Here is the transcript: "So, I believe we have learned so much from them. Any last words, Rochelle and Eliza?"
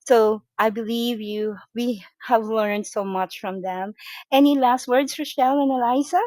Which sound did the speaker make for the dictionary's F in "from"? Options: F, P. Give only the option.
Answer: F